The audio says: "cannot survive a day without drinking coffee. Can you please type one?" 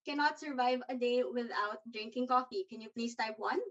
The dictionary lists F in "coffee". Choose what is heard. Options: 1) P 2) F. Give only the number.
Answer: 2